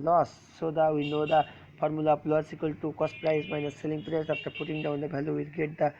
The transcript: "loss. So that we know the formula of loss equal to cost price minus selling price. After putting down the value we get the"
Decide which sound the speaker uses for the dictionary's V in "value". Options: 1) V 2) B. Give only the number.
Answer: 2